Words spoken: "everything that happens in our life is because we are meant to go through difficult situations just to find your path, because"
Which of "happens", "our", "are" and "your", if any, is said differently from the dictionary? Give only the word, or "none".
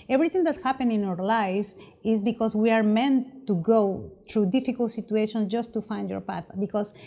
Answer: happens